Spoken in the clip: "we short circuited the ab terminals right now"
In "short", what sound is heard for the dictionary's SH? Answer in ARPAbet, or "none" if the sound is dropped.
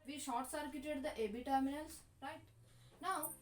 SH